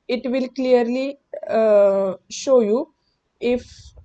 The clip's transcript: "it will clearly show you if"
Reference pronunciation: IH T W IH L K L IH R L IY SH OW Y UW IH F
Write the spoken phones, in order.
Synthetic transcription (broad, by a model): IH T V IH L K L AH R L IY SH OW Y UW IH F